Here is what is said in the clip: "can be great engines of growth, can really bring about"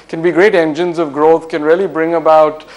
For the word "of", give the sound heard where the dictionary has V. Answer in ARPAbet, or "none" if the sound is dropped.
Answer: V